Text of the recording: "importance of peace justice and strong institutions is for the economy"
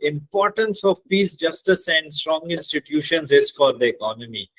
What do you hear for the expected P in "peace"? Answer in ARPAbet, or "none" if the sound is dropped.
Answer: P